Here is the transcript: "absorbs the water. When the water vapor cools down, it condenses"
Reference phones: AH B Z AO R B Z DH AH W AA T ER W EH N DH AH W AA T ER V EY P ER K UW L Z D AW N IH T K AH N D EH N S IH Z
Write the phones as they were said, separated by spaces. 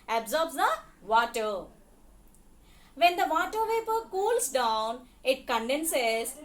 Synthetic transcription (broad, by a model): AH B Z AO R B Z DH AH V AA T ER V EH N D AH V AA T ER V EY P ER K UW L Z D AW N IH T K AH N D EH N S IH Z